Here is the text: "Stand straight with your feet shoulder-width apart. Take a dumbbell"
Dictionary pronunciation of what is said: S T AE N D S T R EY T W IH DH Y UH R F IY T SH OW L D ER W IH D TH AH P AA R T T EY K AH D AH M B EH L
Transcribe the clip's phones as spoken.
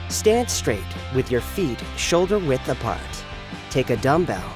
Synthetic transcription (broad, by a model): S T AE N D S T R EY T W IH DH Y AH R F IY T SH OW L D ER W IH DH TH AH P AA R T T EY K AH D AH M B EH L